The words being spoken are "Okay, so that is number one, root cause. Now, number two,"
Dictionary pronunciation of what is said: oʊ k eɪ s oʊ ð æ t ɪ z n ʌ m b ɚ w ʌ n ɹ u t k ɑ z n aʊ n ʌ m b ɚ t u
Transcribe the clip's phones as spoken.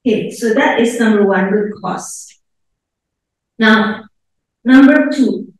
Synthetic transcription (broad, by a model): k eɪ s oʊ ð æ t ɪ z n ʌ m b ɚ w ʌ n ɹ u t k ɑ s n aʊ n ʌ m b ɚ t u